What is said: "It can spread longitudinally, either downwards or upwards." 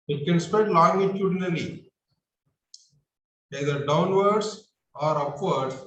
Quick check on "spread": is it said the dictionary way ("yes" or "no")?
no